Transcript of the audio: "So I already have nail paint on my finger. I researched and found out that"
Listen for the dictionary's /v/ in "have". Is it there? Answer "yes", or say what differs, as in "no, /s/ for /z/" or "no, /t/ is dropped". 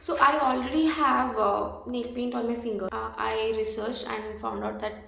yes